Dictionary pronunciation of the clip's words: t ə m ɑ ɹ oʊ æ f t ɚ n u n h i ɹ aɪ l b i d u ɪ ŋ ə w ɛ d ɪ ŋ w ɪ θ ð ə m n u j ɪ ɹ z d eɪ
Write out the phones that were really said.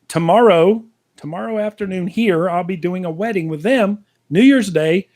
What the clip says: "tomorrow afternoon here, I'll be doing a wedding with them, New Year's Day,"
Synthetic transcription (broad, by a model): t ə m ɑ ɹ oʊ æ f t ɚ n u n h i ɹ aɪ l b i d u ɪ ŋ ə w ɛ d ɪ ŋ w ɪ ð ə m n u j ɪ ɹ z d eɪ